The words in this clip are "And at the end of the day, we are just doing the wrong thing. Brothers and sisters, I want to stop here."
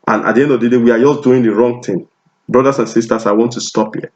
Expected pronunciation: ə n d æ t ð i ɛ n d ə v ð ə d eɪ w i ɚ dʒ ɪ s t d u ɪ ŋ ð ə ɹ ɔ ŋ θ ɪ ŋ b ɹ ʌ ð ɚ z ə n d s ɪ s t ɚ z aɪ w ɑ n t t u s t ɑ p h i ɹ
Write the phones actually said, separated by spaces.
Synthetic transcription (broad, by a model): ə n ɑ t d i ɛ n d ə v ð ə d eɪ w i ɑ dʒ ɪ s d u ɪ ŋ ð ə ɹ ɔ ŋ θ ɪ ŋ b ɹ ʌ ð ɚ s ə n s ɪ s t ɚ s aɪ w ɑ n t t u s t ɑ p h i